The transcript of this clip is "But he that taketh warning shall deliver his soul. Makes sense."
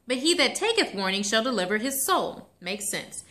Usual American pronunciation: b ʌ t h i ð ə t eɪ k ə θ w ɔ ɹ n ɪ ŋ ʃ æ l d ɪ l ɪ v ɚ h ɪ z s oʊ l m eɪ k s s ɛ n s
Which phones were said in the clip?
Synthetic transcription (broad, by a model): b ʌ t h i ð ə t eɪ k ə θ w ɔ ɹ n ɪ ŋ ʃ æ l d ɪ l ɪ v ɚ ɪ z s oʊ l m eɪ k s s ɛ n s